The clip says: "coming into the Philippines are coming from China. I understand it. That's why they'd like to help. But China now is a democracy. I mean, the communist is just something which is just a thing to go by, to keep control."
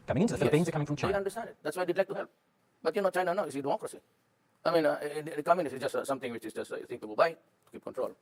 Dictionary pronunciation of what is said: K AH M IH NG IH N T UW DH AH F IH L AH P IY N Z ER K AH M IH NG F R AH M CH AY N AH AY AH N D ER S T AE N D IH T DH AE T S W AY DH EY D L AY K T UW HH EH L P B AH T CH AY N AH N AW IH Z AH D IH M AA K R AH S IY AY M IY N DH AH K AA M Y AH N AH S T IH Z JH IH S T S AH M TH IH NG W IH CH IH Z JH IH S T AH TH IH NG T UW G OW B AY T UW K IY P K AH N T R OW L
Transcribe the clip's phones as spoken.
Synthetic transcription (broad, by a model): K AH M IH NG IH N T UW DH AH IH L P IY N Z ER K AH M IH NG F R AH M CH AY AH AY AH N D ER S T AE N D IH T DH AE T S W AY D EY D L AY K T UW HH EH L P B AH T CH AY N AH N AW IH S AH D IH M AA K R AH S IY AY M IY N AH K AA M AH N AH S IH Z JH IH S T S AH M T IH NG W IH CH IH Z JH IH S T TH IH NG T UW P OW B AY T UW K IY P K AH N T R OW L